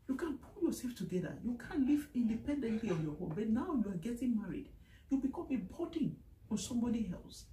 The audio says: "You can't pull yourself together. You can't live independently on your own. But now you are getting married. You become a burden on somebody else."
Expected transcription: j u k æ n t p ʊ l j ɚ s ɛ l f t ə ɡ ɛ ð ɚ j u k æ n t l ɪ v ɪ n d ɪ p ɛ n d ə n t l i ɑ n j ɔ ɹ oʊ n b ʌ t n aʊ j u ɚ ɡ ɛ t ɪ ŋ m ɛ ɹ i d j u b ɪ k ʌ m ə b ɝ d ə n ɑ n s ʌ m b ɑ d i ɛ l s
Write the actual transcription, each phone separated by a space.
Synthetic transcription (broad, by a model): j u k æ n p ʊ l j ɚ s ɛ l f t ə ɡ ɛ ð ɚ j u k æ n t l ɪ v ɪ n d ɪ p ɛ n d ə n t l i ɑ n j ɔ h oʊ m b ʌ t n aʊ j u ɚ ɡ ɛ t ɪ ŋ m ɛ ɹ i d j u b ɪ k ʌ m ə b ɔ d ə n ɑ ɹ s ʌ m b ɑ d i ɛ l s